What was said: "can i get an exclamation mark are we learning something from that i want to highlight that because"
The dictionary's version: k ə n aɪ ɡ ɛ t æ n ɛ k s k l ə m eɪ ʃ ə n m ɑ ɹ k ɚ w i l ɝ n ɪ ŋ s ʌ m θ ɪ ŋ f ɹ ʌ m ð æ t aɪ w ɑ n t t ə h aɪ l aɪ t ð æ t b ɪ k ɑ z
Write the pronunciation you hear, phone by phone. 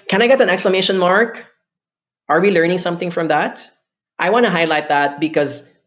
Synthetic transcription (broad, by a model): k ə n aɪ ɡ ɛ t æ n ɛ k s k l ə m eɪ ʃ ə n m ɑ ɹ k ɚ w i l ɝ n ɪ ŋ s ʌ m θ ɪ ŋ f ɹ ʌ m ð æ t aɪ w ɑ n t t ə h aɪ l aɪ t ð æ t b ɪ k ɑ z